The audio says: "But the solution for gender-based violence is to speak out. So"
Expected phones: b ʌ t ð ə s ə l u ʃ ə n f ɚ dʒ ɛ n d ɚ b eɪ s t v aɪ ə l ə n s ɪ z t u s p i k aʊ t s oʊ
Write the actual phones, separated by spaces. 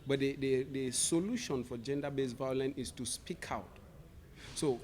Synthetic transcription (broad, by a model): b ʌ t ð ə s ə l u ʃ ə n f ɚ dʒ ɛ n d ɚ b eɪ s v aɪ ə l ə n ɪ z t u s p i k aʊ t s oʊ